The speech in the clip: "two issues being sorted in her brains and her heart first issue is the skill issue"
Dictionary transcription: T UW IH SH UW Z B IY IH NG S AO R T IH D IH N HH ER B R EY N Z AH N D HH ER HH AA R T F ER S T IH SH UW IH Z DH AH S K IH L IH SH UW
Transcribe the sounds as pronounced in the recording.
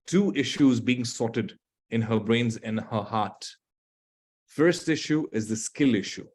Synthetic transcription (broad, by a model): T UW IH SH UW Z B IY IH NG S AO T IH D IH N HH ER B R EY N Z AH N HH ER HH AA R T F ER S T IH SH UW IH Z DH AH S K IH L IH SH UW